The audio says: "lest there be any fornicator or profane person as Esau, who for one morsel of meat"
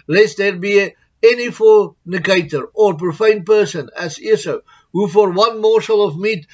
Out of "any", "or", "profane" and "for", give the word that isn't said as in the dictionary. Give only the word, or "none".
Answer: none